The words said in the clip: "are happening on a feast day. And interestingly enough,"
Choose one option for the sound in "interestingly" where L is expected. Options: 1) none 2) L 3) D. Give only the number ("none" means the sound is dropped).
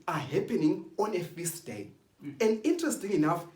1